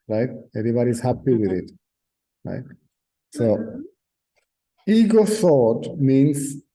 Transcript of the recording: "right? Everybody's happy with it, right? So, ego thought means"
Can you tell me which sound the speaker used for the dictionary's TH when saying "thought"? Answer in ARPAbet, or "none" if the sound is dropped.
S